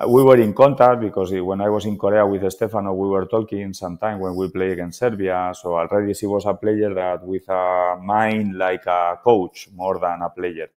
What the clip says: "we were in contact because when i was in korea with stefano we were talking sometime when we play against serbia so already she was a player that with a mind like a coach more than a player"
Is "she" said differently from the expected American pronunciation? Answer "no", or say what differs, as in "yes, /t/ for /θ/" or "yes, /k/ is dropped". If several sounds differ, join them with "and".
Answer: yes, /s/ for /ʃ/